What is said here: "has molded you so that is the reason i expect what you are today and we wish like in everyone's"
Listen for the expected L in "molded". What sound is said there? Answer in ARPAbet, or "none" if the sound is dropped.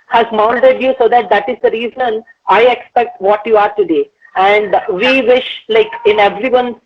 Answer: N